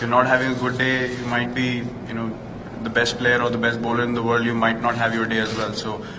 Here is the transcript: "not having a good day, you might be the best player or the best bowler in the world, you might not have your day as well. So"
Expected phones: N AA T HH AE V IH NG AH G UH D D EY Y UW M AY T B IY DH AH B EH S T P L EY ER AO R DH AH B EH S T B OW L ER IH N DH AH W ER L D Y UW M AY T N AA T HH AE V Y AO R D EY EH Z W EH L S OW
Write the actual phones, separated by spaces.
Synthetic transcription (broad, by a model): N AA T HH AE V IH NG AH G UH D D EY Y UW M AY T B IY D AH B EH S T P L EY ER AO R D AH B EH S T B OW L ER IH N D AH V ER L D Y UW M AY T N AA T HH AE V Y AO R D EY EH Z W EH L S OW